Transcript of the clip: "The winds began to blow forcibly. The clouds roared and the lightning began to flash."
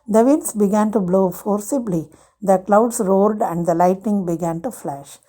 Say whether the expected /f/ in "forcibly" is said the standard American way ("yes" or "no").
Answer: yes